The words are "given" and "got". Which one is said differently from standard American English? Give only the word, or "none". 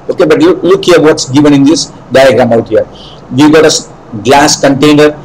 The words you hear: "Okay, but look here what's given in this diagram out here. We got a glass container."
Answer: none